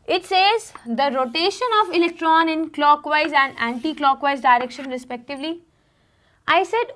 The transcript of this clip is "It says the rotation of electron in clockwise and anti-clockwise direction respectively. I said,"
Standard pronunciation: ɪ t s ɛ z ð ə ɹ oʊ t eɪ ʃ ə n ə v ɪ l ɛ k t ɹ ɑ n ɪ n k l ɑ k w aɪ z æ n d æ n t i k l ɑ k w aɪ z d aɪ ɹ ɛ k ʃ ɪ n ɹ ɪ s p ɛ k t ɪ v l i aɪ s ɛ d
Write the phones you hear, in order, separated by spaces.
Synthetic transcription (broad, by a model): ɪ t s ɛ z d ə ɹ oʊ t eɪ ʃ ə n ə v ɪ l ɛ k t ɹ ɑ n ɪ n k l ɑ k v aɪ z æ n d æ n t i k l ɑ k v aɪ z d aɪ ɹ ɛ k ʃ ɪ n ɹ ɪ s p ɛ k t ɪ v l i aɪ s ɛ d